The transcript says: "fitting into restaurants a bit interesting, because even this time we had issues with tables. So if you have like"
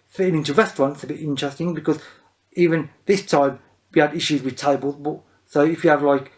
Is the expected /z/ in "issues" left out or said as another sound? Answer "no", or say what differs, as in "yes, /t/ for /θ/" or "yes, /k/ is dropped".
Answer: no